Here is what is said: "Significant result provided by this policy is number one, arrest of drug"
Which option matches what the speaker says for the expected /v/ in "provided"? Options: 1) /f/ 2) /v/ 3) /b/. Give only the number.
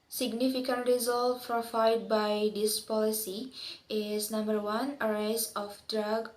1